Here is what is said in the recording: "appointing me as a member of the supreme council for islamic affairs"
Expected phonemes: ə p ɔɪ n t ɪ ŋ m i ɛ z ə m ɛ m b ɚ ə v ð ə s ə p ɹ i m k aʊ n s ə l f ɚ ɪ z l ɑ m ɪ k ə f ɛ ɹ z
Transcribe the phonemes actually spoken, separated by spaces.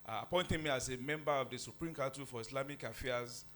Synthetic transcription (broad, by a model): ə p ɔɪ n t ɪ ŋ m i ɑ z ə m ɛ m b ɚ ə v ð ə s ə p ɹ i m k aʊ s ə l f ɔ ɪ s l ɑ m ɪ k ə f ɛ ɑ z